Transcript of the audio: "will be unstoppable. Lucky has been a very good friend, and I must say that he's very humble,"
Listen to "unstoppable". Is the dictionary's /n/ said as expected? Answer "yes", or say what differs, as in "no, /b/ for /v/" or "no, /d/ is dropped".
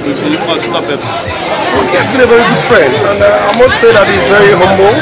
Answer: no, /n/ is dropped